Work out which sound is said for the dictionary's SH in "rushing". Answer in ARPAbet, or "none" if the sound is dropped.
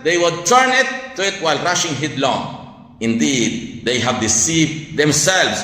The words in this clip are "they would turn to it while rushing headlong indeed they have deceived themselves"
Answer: SH